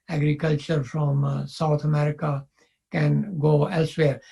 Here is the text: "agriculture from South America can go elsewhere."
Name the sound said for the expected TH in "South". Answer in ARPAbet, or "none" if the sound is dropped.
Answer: T